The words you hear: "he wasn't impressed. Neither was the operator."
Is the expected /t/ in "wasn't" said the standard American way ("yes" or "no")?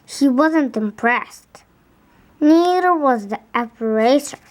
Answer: yes